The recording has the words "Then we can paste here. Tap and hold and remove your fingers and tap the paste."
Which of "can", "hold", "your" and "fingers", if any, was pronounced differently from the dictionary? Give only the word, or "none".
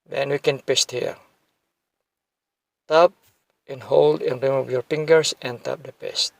fingers